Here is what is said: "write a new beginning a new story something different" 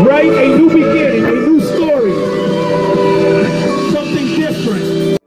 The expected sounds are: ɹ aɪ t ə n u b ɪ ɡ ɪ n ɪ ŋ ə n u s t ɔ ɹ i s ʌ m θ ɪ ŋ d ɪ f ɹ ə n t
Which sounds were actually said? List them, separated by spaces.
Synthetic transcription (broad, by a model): ɹ aɪ t ə n u b ɪ ɡ ɪ n ɪ ŋ ə n u s t ɔ ɹ i s ʌ m θ ɪ ŋ d ɪ f ɹ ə n t